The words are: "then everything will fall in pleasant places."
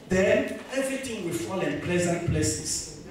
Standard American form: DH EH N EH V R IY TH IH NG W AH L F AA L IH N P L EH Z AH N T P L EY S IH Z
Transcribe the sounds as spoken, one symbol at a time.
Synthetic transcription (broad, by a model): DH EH N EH V R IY T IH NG W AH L F AA L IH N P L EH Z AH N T P L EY S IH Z